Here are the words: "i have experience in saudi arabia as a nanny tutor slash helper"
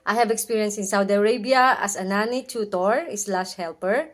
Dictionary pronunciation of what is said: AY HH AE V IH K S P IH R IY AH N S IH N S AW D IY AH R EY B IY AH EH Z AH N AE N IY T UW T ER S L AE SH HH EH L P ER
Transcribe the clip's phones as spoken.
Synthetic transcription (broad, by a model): AY HH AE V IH K S P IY R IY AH N S IH N S AW D IY AH R EY B IY AH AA S AH N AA N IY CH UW T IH S L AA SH HH EH L P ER